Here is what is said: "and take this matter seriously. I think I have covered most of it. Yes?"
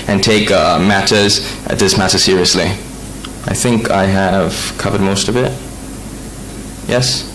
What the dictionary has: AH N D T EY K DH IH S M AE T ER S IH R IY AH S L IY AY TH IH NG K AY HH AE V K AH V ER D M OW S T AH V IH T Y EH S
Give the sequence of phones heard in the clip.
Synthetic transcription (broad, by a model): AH N T EY K DH IH S M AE T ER S IH R IY AH S L IY AY TH IH NG K AY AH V K AH V ER D M OW S T AH V IH T Y EH S